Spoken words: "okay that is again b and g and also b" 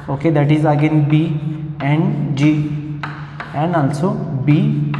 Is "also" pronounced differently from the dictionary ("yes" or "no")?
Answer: yes